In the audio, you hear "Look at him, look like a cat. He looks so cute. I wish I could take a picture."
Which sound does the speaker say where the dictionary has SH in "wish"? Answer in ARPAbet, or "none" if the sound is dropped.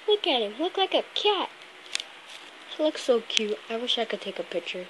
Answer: SH